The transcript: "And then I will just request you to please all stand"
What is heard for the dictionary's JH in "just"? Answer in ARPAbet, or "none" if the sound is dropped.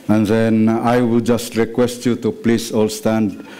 JH